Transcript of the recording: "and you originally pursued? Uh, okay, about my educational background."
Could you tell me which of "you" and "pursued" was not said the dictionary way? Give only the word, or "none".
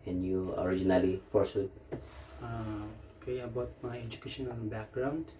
pursued